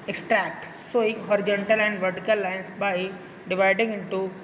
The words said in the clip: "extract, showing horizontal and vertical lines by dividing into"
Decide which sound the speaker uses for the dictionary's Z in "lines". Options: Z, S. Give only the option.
S